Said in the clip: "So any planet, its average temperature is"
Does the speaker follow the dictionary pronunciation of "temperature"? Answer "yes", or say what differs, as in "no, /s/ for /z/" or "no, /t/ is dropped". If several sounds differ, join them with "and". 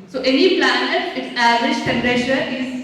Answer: no, /ʃ/ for /tʃ/